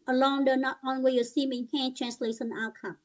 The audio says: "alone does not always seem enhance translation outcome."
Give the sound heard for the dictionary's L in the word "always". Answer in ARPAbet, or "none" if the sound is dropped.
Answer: N